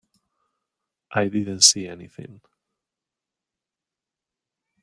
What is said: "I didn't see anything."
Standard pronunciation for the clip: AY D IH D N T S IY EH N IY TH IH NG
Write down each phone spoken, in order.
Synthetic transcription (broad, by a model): AY D IH D N T S IY EH N IY TH IH NG